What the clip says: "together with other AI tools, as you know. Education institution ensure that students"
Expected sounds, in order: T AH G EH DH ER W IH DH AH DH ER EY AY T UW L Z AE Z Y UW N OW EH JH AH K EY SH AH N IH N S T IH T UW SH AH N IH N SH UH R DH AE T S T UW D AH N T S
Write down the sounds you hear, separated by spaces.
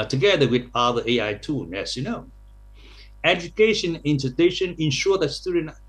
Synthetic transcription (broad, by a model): T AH G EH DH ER W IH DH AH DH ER EY AY T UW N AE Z Y UW N OW EH JH AH K EY SH AH N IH N T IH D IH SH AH N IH N SH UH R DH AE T S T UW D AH N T